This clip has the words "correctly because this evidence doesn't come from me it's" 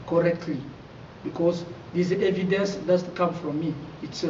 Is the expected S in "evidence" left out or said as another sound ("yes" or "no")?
no